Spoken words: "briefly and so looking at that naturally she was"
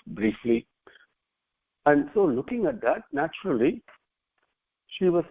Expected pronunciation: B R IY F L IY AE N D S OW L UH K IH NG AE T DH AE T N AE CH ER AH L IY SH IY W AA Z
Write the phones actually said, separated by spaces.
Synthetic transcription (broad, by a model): B R IY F L IY AE N D S OW L UH K IH NG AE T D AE T N AE CH ER AH L IY SH IY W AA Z